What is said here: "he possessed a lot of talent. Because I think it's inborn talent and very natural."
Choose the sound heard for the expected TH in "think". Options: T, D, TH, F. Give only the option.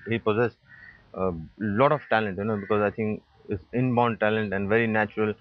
T